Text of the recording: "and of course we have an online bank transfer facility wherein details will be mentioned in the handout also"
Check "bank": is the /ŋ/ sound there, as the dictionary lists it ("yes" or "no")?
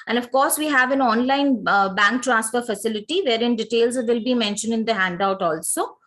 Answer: yes